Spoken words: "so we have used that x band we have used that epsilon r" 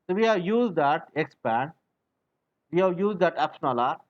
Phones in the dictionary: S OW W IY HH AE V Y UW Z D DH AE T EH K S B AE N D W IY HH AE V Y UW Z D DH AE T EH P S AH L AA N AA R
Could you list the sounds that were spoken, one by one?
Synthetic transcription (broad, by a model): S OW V IY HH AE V Y UW Z D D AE T EH K S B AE N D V IY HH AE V Y UW Z D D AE T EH P SH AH N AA L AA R